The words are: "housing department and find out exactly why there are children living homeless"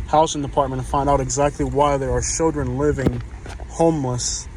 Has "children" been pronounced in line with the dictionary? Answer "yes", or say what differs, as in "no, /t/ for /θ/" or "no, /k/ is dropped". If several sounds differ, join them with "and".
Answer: yes